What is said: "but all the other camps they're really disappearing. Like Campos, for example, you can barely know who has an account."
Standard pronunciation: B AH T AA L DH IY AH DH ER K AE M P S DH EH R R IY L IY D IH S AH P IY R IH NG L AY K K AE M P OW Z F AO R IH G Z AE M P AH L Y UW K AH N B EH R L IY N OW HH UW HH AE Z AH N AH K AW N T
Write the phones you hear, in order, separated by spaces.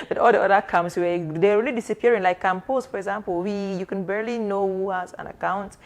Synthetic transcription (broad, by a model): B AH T AA L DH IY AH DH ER K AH M S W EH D R IY L IY D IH S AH P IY R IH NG L AY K K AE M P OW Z F AO R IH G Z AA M P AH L Y UW K AH N B EH R L IY N OW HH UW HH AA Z AH N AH K AW N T